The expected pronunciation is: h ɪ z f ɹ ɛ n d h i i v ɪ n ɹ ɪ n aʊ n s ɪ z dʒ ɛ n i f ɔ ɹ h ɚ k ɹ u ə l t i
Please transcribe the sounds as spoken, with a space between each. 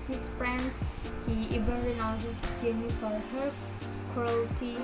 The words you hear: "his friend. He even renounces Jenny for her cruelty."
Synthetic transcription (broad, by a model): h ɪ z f ɹ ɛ n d h i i b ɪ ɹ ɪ n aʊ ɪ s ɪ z dʒ ɛ n i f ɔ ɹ h ɚ k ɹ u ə l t i